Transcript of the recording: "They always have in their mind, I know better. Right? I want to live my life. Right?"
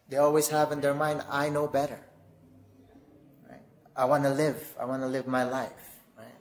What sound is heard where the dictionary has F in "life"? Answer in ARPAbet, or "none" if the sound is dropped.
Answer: F